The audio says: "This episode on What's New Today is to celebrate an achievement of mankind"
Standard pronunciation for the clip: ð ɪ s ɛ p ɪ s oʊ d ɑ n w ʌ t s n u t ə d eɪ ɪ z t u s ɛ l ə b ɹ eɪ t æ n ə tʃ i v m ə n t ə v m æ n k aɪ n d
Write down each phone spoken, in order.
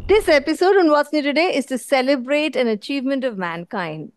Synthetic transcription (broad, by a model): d ɪ s ɛ p ɪ s oʊ d ɑ n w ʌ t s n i t ə d eɪ ɪ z t u s ɛ l ə b ɹ eɪ t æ n ə tʃ i v m ə n t ə v m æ n k aɪ n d